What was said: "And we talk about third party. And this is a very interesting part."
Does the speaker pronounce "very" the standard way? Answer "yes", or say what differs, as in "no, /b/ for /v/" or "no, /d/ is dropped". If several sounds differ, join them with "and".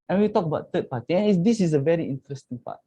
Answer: yes